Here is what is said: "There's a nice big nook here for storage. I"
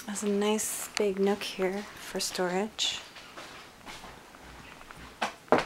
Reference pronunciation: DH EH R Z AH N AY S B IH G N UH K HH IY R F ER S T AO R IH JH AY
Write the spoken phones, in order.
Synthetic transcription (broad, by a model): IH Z AH N AY S B IH G N UH K HH IY R F ER S T AO R IH JH